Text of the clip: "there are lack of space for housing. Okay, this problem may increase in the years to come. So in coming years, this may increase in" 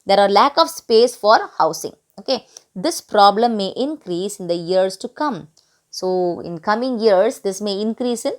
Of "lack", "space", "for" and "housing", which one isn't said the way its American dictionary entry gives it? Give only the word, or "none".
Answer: housing